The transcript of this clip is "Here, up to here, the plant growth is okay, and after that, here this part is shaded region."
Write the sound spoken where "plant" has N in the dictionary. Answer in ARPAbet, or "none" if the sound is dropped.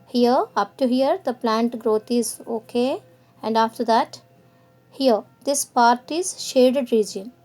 N